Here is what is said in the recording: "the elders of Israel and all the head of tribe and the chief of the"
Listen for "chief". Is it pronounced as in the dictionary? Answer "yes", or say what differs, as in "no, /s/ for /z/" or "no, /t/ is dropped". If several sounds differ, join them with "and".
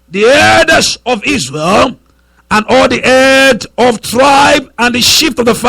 no, /ʃ/ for /tʃ/